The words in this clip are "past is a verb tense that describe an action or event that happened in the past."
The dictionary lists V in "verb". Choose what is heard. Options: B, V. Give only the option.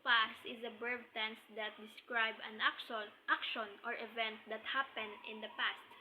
B